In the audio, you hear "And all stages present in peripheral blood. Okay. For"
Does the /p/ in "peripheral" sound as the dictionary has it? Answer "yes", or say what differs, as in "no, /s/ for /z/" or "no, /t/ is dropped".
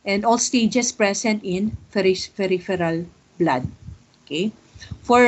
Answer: no, /f/ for /p/